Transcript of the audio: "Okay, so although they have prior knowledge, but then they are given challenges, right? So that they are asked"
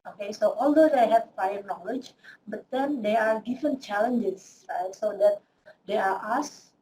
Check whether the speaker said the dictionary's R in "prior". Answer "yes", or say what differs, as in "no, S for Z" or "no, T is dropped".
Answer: no, R is dropped